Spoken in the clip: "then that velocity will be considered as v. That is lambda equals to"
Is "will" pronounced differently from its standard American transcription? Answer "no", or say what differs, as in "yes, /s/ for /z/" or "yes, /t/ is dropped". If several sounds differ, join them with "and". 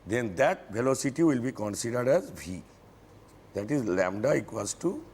no